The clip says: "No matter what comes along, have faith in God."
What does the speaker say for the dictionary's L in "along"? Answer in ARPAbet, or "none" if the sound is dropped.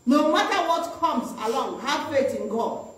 L